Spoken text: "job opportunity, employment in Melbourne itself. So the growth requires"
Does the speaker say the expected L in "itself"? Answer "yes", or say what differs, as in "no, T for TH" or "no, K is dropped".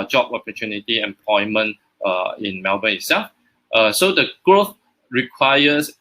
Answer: no, L is dropped